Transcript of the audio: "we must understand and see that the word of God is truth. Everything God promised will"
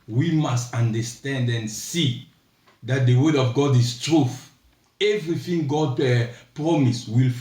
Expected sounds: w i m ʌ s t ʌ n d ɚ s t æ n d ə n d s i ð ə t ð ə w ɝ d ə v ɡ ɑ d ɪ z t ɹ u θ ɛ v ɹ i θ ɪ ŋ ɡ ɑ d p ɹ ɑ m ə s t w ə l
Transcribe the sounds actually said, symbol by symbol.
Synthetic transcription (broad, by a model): w i m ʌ s t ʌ n d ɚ s t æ n d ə n s i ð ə t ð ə w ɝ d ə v ɡ ɑ d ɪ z t ɹ u θ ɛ v ɹ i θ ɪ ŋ ɡ ɑ d p ɹ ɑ m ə s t w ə l